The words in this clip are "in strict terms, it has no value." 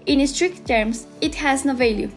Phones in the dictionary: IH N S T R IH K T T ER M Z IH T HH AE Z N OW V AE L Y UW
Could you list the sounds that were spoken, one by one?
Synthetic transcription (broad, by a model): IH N S T R IH K T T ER M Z IH T HH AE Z N OW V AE L Y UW